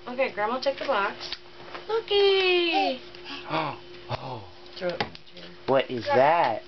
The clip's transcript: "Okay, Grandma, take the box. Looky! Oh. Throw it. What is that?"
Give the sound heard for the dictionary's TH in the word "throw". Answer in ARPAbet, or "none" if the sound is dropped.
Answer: T